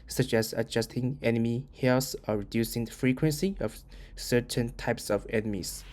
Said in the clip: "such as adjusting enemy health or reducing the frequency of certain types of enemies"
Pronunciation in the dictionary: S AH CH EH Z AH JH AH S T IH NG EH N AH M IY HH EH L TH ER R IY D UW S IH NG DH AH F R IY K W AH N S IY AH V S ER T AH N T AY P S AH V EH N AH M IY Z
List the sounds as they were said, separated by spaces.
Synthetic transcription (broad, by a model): S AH CH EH S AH JH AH S T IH NG EH N AH M IY HH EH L S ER R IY D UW S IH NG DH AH F R IY K W AH N S IY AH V S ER T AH N T AY P S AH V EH N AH M IY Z